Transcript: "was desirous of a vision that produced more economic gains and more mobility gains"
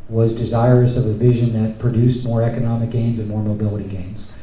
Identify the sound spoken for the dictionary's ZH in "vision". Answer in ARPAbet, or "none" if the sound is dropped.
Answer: ZH